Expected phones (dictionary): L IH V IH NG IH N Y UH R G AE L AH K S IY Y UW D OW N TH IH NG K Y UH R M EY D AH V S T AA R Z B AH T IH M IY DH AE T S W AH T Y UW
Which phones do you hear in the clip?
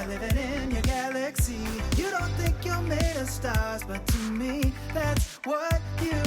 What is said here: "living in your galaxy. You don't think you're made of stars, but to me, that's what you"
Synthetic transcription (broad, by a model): L IH V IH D IH N Y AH R G AE L AH K S IY Y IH D OW N TH IH NG K Y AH L M EY D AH S T AA R Z B AH T IH M IY DH AE T S W AH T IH